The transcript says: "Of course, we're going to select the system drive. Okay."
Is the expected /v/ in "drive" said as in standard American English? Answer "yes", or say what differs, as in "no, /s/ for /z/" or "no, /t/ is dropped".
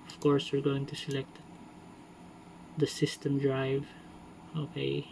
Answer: yes